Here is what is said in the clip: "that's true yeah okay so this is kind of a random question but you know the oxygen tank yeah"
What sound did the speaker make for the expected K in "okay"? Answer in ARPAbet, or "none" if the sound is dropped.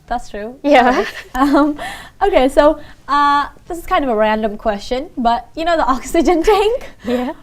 K